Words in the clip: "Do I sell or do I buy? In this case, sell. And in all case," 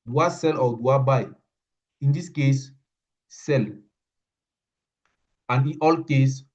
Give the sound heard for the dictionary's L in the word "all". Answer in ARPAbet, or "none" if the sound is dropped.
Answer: L